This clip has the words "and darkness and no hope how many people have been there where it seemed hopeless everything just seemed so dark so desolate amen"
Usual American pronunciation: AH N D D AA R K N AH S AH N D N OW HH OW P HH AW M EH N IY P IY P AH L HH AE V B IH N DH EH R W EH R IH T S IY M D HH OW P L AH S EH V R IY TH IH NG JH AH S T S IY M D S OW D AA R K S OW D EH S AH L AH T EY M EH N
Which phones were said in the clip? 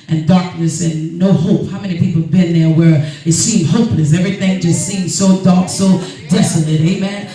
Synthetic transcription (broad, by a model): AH N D D AA R K N AH S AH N N OW HH OW P HH AW M EH N IY P IY P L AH V B IH N DH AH R W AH R IH T S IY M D HH OW P L AH S EH V R IY TH IH NG JH AH S T S IY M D S OW D AA R K S OW D EH S AH L AH T EY M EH N